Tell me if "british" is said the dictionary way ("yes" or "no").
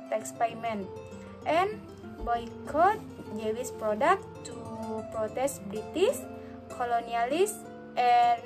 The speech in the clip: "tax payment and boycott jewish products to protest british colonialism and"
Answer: no